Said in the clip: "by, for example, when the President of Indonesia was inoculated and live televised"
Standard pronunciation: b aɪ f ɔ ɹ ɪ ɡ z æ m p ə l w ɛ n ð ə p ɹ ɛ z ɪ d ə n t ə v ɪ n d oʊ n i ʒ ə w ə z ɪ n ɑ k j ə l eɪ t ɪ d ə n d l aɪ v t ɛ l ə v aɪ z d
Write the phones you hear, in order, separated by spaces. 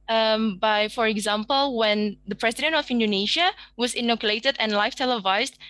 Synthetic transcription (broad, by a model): b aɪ f ɔ ɹ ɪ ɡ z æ m p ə l w ɛ n ð ə p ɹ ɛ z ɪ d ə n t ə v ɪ n d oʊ n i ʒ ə w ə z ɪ n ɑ k j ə l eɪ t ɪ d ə n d l aɪ f t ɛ l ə v aɪ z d